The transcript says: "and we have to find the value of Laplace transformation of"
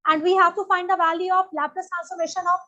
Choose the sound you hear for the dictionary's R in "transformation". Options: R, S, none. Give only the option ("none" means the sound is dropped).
none